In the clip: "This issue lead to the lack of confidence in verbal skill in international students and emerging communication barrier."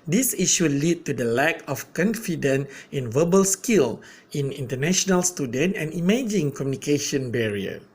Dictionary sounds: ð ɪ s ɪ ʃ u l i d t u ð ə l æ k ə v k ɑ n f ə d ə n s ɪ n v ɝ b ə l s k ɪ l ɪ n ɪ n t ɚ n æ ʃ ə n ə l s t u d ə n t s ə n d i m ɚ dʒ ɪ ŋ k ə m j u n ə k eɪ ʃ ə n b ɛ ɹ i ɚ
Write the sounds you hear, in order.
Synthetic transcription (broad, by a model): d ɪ s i ʃ u l i d t u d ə l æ k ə f k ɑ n f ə d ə n ɪ n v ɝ b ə l s k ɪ l ɪ n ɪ n t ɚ n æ ʃ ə n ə l s t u d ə n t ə n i m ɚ dʒ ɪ ŋ k ə m j u n ə k eɪ ʃ ə n b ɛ ɹ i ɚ